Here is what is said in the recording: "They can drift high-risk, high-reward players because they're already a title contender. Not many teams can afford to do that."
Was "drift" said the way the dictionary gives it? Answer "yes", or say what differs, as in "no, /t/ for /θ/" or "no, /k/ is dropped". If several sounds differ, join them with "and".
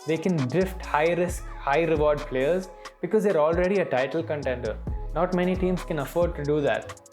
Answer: yes